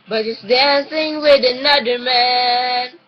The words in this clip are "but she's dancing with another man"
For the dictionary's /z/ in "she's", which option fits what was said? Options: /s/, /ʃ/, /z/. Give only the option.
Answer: /s/